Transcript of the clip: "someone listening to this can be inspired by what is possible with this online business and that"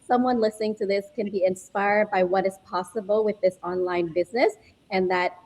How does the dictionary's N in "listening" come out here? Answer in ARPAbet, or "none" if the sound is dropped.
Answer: N